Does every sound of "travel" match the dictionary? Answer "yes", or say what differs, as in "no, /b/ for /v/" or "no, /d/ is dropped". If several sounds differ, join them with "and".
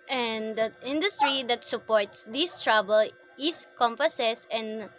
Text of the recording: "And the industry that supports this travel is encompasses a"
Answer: no, /b/ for /v/